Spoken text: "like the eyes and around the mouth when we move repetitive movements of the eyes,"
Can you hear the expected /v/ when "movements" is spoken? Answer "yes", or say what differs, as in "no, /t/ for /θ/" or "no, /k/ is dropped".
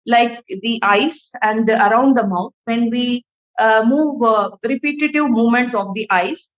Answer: no, /v/ is dropped